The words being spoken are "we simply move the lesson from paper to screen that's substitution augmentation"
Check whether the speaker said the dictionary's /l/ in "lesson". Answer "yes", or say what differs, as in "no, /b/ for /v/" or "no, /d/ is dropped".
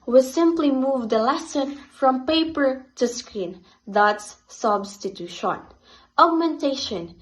yes